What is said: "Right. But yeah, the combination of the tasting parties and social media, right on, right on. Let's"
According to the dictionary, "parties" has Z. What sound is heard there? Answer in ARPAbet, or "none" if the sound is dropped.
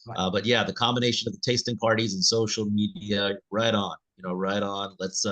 Z